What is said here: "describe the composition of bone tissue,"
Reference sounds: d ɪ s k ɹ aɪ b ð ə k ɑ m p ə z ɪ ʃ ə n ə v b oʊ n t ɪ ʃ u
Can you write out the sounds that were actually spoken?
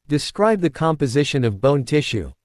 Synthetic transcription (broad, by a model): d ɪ s k ɹ aɪ b ð ə k ɑ m p ə z ɪ ʃ ə n ə v b oʊ n t ɪ ʃ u